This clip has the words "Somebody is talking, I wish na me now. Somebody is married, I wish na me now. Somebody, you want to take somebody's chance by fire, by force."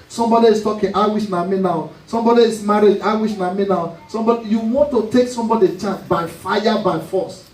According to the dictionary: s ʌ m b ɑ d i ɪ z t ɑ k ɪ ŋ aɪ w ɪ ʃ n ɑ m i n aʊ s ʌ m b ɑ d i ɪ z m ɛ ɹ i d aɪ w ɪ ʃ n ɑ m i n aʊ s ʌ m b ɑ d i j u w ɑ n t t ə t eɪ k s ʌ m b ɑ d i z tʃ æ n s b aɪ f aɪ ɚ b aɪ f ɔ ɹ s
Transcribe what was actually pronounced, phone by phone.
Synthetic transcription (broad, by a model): s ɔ m b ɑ d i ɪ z t ɑ k ɪ ŋ aɪ w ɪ ʃ n ɑ m i n aʊ s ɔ m b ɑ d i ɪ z m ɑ ɹ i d aɪ w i ʃ n ɑ m i n aʊ s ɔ m b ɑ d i j u w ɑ n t t ə t eɪ k s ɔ m b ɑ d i tʃ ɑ n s b aɪ f aɪ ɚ b aɪ f ɔ s